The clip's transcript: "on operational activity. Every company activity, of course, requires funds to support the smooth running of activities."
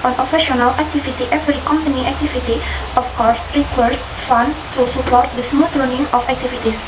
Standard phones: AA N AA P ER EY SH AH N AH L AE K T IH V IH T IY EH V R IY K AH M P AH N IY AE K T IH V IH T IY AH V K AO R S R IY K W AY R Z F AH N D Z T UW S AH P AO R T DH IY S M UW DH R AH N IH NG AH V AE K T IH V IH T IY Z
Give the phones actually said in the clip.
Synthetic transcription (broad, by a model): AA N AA F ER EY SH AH N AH L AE K T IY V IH T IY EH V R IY K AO M P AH N IY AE K T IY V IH T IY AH F K AO R S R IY K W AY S F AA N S T UW S AH P AO R T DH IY S M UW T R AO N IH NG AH F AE K T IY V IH T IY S